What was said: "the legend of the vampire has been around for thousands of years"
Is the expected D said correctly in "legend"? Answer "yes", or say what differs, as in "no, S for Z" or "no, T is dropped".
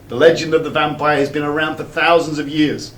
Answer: yes